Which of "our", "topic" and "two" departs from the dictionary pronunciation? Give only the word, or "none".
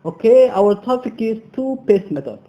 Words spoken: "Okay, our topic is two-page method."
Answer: topic